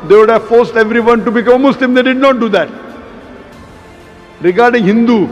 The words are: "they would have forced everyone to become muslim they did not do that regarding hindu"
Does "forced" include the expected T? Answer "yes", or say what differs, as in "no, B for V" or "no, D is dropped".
yes